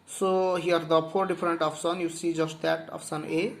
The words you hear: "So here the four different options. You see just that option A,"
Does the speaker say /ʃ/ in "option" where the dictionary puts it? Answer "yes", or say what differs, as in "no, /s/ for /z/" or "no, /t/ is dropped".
no, /s/ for /ʃ/